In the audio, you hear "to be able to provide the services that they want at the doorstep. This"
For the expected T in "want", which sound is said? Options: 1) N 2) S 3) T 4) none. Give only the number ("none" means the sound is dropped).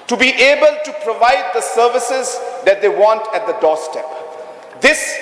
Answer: 3